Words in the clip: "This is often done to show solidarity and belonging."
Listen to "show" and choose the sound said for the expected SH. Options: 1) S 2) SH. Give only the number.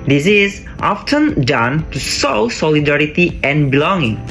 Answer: 1